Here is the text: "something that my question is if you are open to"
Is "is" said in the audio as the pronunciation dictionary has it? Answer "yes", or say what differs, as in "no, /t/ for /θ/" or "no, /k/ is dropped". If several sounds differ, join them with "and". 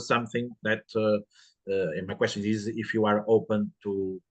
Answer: yes